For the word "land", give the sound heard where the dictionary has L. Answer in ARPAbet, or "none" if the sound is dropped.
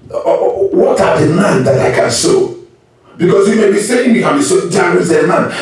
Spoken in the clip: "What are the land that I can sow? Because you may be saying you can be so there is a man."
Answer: N